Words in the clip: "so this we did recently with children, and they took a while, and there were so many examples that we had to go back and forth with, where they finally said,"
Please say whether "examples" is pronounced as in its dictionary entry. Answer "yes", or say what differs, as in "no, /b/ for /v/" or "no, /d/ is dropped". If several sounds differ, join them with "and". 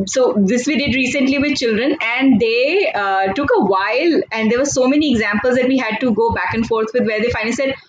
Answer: yes